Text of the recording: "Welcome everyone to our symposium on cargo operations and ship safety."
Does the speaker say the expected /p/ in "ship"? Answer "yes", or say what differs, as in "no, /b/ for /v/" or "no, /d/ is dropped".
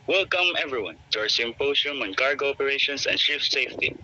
no, /f/ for /p/